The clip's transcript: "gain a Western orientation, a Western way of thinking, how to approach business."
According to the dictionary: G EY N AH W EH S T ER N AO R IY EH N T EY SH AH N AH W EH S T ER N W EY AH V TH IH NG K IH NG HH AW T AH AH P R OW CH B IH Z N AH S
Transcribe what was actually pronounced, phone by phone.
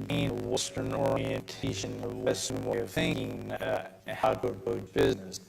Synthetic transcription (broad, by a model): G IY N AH W EH S T ER N AO R IY EH N T EY SH AH N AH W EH S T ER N W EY AH V TH IH NG K IH NG HH AW T AH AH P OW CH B IH Z N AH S